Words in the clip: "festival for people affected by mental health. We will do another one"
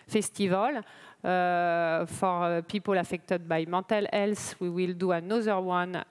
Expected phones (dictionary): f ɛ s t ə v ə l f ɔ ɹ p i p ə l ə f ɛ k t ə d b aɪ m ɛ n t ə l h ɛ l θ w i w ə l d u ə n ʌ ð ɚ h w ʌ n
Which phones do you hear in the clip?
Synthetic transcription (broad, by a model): f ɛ s t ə v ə l f ɔ ɹ p i p ə l ə f ɛ k t ə d b aɪ m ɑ t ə l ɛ l s w i w ə l d u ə n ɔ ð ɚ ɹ w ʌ n